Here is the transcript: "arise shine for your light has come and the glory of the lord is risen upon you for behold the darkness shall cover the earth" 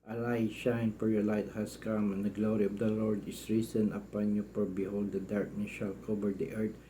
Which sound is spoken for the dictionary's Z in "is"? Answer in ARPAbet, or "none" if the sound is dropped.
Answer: S